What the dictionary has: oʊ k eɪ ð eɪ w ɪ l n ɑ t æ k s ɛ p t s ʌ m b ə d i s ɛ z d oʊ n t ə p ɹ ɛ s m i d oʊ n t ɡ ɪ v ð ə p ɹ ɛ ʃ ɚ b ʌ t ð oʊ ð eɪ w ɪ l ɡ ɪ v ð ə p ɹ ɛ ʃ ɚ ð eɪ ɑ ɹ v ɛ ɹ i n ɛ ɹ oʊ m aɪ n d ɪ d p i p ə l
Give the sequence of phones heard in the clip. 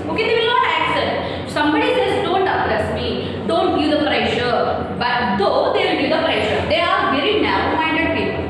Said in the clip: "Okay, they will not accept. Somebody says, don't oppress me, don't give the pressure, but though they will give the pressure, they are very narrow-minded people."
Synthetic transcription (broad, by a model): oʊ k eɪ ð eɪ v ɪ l n ɑ t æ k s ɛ t s ʌ m b ə d i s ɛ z d oʊ n t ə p ɹ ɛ s m i d oʊ n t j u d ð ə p ɹ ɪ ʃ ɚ b ʌ t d oʊ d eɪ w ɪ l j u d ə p ɹ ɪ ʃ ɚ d eɪ ɑ ɹ v ɛ ɹ i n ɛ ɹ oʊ m aɪ n d ɪ d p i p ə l